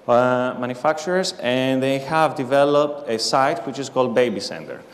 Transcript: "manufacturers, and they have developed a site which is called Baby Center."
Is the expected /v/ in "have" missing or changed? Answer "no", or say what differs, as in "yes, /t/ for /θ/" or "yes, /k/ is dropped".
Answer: no